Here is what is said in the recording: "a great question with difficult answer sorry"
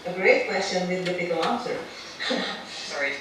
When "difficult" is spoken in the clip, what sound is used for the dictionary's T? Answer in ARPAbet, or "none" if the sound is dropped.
none